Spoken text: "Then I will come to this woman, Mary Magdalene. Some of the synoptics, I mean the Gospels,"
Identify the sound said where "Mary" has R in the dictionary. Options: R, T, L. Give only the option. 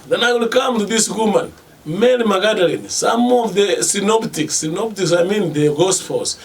L